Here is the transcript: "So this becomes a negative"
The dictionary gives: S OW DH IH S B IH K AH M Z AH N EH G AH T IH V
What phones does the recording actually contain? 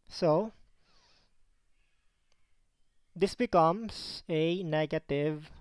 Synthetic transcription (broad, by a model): S OW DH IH S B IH K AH M S AH N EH G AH T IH V